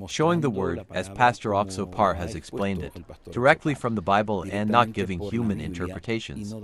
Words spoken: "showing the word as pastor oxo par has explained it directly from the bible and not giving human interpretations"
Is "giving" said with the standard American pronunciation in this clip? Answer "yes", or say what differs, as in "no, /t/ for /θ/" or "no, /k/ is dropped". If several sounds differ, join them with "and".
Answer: yes